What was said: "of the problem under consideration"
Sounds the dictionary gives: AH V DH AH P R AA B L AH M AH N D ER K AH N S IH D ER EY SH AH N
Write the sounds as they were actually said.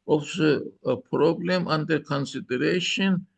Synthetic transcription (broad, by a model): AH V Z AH P R AA B L AH M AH N D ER K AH N S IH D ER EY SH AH N